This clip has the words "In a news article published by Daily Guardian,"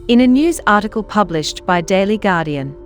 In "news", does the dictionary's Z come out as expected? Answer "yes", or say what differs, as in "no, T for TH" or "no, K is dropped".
yes